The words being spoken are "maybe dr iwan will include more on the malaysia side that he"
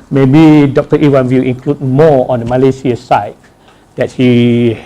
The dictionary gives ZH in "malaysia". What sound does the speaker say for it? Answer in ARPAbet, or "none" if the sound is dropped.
S